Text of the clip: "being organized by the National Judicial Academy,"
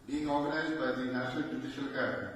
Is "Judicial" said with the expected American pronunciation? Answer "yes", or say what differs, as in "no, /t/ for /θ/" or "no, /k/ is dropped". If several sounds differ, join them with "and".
yes